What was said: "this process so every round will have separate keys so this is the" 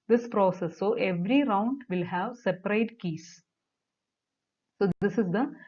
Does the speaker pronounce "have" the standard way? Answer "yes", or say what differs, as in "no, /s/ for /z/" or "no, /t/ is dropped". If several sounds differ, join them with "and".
yes